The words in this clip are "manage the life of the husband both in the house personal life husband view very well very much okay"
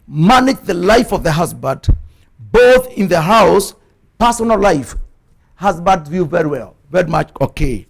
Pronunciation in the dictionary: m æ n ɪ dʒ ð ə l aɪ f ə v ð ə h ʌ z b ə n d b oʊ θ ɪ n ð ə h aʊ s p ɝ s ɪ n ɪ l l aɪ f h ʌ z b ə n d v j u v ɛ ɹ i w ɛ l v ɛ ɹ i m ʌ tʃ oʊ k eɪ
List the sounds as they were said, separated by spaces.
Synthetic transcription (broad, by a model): m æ n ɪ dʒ ð ə l aɪ f ə v ð ə h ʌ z b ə d b oʊ θ ɪ n ð ə h aʊ s p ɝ s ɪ n l l aɪ f h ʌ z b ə d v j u v ɛ ɹ i w ɛ l v ɛ ɹ i m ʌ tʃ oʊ k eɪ